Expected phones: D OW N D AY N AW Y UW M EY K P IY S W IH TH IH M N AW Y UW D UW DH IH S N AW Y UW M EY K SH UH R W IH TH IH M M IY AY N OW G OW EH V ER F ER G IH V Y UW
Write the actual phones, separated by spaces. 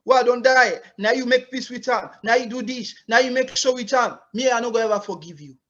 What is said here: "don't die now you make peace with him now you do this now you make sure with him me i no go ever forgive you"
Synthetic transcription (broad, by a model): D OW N D AY N AW Y UW M EY K P IY S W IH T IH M N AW Y UW D UW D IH SH N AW Y UW M EY K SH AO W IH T IH M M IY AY N OW G OW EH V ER F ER G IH V Y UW